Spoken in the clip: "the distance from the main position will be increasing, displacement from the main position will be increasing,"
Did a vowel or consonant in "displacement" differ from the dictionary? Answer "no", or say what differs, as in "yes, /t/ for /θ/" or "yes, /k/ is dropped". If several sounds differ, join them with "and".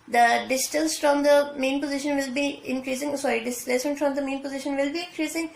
yes, /m/ is dropped